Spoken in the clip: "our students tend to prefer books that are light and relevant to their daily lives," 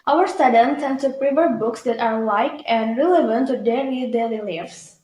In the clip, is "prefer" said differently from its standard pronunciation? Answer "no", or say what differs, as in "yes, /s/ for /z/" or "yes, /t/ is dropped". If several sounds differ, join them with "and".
yes, /p/ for /f/